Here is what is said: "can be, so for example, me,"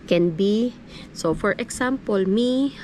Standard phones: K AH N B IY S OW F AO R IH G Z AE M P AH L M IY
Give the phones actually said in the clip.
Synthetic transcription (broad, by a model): K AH N B IY S OW F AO R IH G S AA M P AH L M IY